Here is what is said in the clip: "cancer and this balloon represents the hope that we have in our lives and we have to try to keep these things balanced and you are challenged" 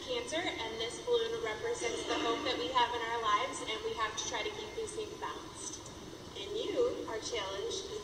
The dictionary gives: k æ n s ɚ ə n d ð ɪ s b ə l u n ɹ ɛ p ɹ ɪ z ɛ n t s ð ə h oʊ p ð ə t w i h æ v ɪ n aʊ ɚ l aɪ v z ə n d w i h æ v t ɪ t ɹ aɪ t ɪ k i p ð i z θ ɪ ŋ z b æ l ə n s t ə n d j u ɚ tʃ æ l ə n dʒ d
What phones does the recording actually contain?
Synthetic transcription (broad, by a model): k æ n s ɚ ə n ð ɪ s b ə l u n ɹ ɛ p ɹ ɪ z ɛ n t s ð ə h oʊ p ð ə t w i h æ v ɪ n aʊ ɚ l aɪ v z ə n w i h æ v t ɪ t ɹ aɪ t ɪ k i p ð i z s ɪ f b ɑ ə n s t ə n j u ɚ tʃ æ l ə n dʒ